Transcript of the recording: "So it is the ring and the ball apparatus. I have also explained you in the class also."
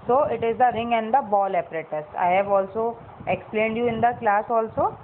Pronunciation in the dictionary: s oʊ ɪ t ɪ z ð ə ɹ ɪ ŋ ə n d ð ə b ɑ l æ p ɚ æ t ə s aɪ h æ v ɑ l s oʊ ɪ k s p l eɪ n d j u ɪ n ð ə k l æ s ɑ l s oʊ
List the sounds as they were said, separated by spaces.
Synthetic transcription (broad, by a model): s oʊ ɪ t ɪ z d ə ɹ ɪ ŋ ə n d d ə b ɑ l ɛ p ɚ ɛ t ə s aɪ h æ v ɑ l s oʊ ɪ k s p l eɪ n d j u ɪ n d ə k l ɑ s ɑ l s oʊ